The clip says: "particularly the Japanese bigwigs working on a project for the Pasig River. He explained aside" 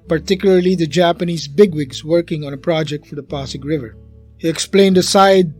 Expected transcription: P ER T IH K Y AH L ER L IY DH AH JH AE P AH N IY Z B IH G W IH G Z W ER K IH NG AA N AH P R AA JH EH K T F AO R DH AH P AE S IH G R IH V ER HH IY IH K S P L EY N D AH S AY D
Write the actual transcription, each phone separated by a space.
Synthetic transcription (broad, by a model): P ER T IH K Y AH L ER L IY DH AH JH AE P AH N IY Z B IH G W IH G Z W ER K IH NG AA N AH P R AA JH EH K T F AO R DH AH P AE S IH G R IH V ER HH IY IH K S P L EY N D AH S AY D